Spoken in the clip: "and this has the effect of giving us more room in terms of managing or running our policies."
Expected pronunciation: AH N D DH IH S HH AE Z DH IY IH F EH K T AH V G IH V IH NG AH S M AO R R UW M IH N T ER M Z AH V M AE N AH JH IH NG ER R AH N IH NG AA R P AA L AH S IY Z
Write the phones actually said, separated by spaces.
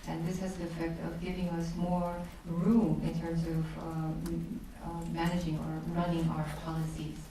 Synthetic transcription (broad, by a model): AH N DH IH S HH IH Z DH IY IH F EH K T AH V G IH V IH NG AH S M AO R R UW M IH N T ER M Z AH V M AE N AH JH IH NG ER R AH N IH NG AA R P AA L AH S IY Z